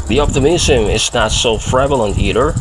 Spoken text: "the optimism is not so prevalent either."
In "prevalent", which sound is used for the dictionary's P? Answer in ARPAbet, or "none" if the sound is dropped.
F